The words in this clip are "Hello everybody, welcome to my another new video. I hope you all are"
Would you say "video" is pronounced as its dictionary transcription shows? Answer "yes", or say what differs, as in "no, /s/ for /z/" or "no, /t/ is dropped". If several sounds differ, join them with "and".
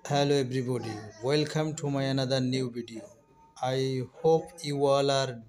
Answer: no, /b/ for /v/